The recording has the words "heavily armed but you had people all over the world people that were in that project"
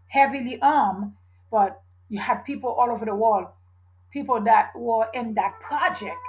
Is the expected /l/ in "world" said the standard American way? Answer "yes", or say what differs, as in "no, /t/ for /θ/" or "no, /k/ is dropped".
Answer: yes